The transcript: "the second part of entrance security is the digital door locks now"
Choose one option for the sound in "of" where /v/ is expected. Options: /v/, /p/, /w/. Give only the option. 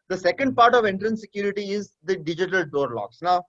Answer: /v/